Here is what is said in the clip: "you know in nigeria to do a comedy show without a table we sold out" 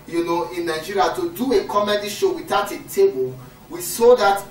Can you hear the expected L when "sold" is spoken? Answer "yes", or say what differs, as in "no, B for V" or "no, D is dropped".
no, L is dropped